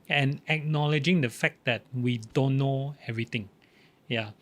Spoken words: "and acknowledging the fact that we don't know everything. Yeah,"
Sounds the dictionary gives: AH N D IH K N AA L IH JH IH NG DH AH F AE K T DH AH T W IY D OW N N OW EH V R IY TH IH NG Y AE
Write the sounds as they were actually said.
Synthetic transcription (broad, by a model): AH N IH K N AA L IH JH IH NG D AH F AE K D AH T W IY D OW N N OW EH V R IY T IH NG Y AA